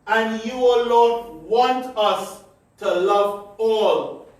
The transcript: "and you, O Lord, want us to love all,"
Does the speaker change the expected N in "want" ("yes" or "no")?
no